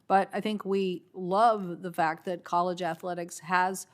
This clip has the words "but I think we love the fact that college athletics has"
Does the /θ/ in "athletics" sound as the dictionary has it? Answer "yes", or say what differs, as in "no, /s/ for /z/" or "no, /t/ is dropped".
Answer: yes